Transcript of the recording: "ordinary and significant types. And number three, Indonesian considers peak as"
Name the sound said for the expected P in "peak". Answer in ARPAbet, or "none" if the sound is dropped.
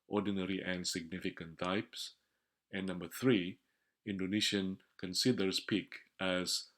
P